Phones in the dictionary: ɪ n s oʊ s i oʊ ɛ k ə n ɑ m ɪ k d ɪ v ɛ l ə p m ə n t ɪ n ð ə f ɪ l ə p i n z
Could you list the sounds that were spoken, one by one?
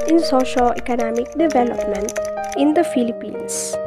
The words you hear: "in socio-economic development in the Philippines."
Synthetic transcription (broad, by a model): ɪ n s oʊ ʃ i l ɛ k ə n ɑ m ɪ k d ɪ v ɛ l ə p m ə n t ɪ n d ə f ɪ l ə p i n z